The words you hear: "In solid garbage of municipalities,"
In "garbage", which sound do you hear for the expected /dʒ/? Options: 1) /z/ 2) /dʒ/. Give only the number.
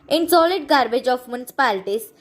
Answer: 2